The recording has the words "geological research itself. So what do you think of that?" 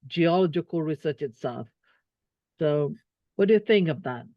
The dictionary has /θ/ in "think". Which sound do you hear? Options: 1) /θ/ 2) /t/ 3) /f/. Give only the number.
1